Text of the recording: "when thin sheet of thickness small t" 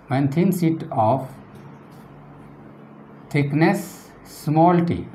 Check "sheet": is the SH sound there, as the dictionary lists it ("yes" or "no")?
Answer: no